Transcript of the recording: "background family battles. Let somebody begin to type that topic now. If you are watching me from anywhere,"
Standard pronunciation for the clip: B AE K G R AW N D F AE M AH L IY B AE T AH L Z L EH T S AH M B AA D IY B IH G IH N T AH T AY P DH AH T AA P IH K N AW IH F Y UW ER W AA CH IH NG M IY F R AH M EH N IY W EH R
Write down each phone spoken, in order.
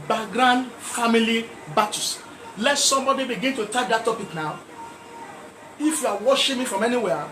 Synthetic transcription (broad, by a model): B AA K G R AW N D F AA M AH L IY B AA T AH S L EH T S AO M B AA D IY B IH G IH N T AH T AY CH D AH T AA P IH K N AW IH F Y UW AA W AA SH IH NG M IY F R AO M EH N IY W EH